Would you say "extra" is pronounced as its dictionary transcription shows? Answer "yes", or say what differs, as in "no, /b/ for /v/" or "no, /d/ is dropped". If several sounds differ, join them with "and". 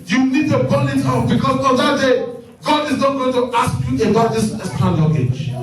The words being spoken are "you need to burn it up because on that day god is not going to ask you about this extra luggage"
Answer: no, /k/ is dropped and /ɹ/ is dropped